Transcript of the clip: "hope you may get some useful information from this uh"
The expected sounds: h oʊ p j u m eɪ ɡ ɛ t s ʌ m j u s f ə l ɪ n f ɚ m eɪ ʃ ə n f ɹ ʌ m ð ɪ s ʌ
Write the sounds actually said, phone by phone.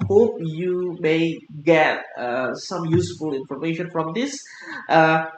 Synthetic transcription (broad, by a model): h oʊ p j u m eɪ ɡ ɛ t s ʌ m j u s f ə l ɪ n f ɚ m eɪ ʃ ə n f ɹ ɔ m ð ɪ s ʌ